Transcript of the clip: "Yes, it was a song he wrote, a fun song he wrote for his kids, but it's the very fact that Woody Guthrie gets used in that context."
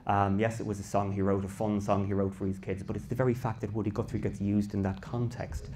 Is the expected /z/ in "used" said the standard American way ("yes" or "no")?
yes